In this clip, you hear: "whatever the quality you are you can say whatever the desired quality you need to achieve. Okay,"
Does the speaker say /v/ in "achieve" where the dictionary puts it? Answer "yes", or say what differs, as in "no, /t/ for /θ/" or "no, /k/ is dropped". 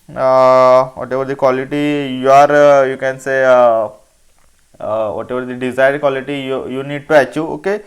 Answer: no, /v/ is dropped